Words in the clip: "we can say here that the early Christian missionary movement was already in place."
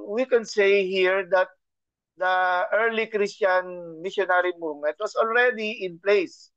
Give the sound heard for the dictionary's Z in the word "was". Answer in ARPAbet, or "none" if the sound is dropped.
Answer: S